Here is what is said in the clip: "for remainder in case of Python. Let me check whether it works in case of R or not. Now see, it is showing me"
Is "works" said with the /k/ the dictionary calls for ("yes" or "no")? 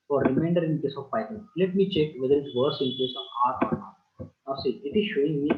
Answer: no